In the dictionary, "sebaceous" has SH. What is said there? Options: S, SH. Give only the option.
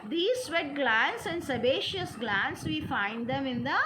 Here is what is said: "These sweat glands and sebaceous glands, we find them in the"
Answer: SH